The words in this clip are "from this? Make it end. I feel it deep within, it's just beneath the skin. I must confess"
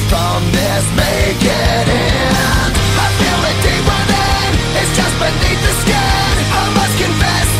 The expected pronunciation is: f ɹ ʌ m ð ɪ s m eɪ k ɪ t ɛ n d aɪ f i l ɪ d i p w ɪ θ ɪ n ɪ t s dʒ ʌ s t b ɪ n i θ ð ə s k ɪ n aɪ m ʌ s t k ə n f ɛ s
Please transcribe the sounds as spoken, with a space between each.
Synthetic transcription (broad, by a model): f ɹ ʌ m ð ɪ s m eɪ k ɪ t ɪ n aɪ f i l ɪ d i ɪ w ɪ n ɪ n ɪ t s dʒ ʌ s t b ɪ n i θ ð ə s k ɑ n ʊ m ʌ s k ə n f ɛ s